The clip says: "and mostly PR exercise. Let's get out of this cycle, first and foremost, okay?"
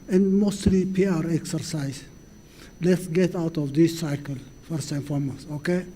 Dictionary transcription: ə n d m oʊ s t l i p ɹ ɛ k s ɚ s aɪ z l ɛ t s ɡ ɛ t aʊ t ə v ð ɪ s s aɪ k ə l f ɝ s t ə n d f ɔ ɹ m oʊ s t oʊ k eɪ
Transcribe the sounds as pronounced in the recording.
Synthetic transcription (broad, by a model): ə n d m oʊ s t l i p ɹ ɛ k s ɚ s aɪ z l ɛ t s ɡ ɛ t aʊ t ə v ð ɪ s s aɪ k ə l f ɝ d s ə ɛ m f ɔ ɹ m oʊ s oʊ k eɪ